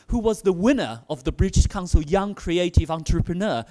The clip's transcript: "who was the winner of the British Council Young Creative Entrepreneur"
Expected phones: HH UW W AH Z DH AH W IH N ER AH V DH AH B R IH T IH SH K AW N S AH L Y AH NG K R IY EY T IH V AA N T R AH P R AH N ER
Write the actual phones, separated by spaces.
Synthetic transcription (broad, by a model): HH UW W AH Z DH AH W IH N ER AH V DH AH B R IH T IH SH K AW N S AH L Y AH NG K R IY EY T IH V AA N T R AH P R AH N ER